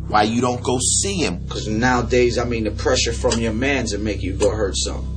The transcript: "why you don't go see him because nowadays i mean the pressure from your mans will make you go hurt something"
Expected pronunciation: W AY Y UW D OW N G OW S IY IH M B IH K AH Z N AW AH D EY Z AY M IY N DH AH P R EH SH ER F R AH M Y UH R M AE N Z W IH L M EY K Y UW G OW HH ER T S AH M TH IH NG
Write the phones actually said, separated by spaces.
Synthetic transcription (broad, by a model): W AY Y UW D OW N G OW S IY IH M K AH Z N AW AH D EY Z AY M IY N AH P R EH SH ER F R AH M Y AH R M AE N Z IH N M EY K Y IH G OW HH ER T S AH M